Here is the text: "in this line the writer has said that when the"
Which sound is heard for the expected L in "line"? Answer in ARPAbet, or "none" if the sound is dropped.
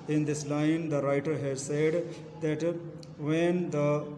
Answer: L